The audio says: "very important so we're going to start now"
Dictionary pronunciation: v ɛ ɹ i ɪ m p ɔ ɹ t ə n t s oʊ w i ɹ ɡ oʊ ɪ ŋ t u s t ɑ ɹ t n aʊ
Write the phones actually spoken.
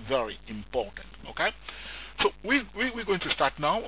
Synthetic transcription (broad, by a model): v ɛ ɹ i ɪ m p ɔ ɹ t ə n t s oʊ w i w ɡ oʊ ɪ ŋ t u s t ɑ ɹ t n aʊ